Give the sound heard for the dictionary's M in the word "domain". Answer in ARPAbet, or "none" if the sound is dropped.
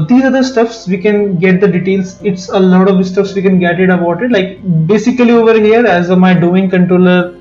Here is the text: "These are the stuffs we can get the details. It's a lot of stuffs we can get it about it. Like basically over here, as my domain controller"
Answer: none